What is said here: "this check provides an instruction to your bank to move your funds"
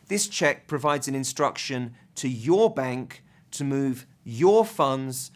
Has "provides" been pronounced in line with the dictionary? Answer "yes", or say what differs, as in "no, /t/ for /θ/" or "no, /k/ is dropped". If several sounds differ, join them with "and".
yes